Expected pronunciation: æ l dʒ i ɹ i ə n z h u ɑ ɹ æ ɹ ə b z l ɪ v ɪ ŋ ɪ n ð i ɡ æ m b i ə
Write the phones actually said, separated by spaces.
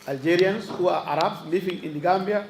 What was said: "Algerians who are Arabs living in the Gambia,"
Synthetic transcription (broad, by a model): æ l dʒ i ɹ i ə n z h u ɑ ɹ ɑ ɹ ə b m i f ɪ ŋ ɪ n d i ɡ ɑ m b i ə